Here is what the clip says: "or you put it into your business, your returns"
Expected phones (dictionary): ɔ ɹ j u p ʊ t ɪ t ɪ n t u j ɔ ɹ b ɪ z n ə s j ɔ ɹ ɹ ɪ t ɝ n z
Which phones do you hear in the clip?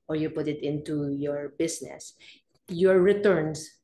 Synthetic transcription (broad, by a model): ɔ ɹ j u p ʊ t ɪ t ɪ n t u j ɔ ɹ b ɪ s n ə s j ɔ ɹ ɹ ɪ t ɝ n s